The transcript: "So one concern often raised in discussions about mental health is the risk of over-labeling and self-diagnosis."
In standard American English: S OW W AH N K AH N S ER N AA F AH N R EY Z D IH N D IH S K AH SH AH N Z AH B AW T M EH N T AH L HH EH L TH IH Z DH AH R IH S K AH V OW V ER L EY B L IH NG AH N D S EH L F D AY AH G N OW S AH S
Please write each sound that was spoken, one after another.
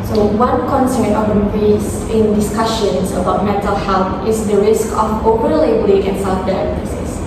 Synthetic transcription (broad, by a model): S OW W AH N K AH N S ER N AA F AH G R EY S IH N D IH S K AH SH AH N S AH B AW T M EH N T AH L HH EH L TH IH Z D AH R IH S K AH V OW P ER L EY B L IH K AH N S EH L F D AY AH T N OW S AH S